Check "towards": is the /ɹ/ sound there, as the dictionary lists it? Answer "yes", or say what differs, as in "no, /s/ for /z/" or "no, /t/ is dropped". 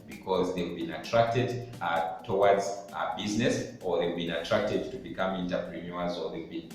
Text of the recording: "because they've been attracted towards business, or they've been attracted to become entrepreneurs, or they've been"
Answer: no, /w/ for /ɹ/